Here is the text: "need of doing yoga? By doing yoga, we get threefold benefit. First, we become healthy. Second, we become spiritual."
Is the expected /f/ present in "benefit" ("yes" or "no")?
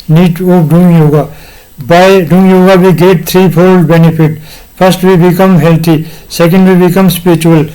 no